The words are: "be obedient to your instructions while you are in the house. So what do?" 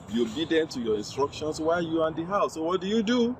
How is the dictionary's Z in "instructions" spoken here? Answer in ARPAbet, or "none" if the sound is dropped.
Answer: S